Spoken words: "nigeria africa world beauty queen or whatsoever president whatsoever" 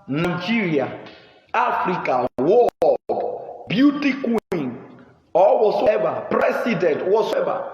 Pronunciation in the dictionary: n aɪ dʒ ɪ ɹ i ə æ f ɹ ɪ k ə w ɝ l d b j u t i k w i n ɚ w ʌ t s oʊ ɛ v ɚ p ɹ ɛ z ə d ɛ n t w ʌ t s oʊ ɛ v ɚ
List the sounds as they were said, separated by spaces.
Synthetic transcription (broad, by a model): n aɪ dʒ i ɹ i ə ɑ f ɹ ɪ k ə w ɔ d b j u t i k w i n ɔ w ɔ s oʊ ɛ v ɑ p ɹ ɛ s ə d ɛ n t w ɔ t s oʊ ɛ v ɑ